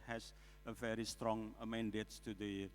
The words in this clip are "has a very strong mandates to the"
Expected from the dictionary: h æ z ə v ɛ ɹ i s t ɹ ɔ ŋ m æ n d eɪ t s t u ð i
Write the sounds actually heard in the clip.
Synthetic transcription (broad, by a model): h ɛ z ə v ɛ ɹ i s t ɹ ɔ ŋ m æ n d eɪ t t u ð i